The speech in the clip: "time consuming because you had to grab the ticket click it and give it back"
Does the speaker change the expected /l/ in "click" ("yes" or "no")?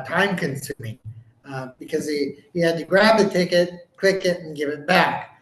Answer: yes